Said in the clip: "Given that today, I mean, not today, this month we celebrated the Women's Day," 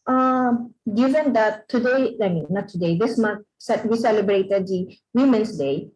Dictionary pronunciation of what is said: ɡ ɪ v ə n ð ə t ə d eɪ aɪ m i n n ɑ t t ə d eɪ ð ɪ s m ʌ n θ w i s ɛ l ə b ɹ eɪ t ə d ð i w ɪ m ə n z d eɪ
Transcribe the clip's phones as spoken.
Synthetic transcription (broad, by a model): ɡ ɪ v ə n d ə t ə d eɪ aɪ m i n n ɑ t t ə d eɪ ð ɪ s m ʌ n s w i s ɛ l ə b ɹ eɪ t ə d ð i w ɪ m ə n s d eɪ